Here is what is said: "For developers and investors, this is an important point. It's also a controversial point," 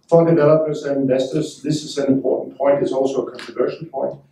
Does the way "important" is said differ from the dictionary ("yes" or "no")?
yes